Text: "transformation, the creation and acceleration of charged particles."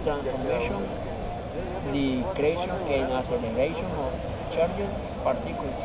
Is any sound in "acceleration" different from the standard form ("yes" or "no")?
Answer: yes